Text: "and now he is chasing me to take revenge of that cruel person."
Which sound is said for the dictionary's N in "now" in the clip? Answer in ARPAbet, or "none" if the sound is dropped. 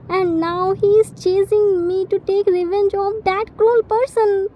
N